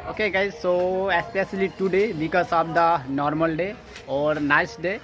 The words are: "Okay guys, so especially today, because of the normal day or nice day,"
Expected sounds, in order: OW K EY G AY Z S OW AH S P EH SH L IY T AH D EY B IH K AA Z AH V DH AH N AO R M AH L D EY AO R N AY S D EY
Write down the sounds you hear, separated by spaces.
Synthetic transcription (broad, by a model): OW K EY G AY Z S OW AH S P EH S L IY T AH D EY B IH K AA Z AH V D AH N AO R M AH L D EY AO R N AY S D EY